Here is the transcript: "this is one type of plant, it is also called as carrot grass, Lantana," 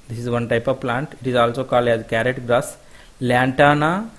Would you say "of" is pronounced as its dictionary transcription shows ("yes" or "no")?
yes